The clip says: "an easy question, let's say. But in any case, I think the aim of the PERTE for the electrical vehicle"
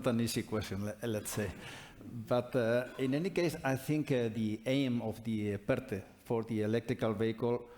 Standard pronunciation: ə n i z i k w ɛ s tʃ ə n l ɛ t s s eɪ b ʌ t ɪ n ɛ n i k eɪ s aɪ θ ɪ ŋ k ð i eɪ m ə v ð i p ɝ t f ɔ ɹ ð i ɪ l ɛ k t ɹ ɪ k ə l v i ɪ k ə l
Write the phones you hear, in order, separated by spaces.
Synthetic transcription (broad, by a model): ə n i s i k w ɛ s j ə n l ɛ t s s eɪ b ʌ t ɪ n ɛ n i k eɪ s aɪ θ ɪ ŋ k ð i eɪ m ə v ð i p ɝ t f ɔ ɹ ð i ɪ l ɛ k t ɹ ɪ k ə l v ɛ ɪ k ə l